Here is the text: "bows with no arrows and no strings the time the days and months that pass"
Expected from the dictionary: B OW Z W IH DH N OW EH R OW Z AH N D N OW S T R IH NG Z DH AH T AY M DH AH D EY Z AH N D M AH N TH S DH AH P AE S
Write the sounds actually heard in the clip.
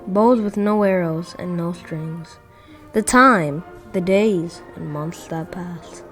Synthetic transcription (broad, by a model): B OW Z W IH DH N OW EH R OW Z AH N N OW S T R IH NG Z DH AH T AY M DH AH D EY Z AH N M AH N TH S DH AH P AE S